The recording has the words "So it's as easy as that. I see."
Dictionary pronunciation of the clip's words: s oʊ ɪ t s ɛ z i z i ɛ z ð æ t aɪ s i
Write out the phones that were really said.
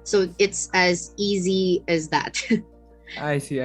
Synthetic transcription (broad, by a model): s oʊ ɪ t s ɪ z i z i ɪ z ð æ t aɪ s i